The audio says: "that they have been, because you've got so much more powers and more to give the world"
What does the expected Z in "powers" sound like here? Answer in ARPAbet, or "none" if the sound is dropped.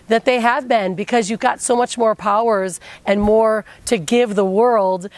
Z